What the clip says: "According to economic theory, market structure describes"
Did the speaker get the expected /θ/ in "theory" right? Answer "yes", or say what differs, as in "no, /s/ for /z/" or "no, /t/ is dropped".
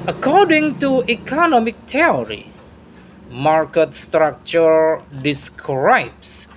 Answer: no, /t/ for /θ/